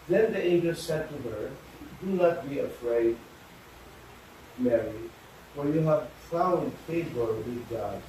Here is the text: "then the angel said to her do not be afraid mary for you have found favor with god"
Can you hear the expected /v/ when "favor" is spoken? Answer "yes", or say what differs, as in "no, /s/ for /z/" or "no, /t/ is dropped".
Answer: no, /b/ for /v/